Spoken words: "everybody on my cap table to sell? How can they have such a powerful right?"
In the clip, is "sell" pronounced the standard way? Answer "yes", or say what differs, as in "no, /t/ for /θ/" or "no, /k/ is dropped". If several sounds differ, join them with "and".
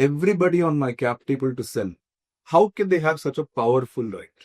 no, /n/ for /l/